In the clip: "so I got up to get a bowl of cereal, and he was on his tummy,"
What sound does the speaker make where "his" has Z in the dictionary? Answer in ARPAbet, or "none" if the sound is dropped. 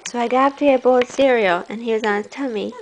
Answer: S